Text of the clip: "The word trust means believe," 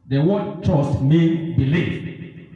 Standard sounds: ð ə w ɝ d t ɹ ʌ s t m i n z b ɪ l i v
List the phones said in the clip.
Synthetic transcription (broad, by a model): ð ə w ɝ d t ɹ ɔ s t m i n b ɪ l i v